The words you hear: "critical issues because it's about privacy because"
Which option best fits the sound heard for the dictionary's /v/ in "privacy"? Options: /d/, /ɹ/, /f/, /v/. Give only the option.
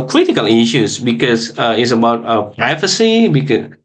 /f/